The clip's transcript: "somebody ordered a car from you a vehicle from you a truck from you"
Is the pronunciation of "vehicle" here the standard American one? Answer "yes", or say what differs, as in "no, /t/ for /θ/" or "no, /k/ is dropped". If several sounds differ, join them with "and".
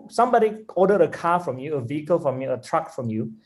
yes